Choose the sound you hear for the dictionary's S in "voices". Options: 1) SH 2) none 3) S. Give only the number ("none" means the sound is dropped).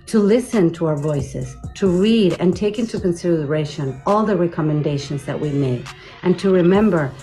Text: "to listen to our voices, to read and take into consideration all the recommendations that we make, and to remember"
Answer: 3